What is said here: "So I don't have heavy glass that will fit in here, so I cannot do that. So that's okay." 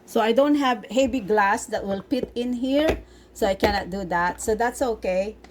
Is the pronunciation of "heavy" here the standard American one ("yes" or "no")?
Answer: no